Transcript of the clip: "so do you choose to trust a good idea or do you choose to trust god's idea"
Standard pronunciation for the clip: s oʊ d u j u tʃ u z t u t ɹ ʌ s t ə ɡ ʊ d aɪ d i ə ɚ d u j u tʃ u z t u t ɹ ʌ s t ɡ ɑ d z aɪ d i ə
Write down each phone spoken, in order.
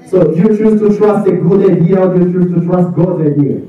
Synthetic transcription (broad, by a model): s oʊ j u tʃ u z t u t ɹ ʌ s t ə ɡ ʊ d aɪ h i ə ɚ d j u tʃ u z t u t ɹ ʌ s t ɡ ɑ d aɪ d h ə